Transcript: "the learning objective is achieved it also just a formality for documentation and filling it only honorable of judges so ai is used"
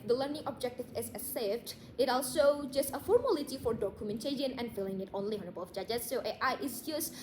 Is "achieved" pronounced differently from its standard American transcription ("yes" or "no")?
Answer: yes